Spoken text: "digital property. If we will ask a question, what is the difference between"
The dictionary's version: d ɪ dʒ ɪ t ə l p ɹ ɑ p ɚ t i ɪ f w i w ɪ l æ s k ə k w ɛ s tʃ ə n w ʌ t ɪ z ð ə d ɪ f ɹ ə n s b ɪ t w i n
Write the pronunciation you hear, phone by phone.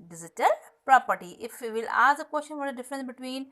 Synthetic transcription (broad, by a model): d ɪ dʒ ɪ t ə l p ɹ ɑ p ɚ t i ɪ f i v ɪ l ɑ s ə k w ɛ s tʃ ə n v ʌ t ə d ɪ f ɹ ə n s b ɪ t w i n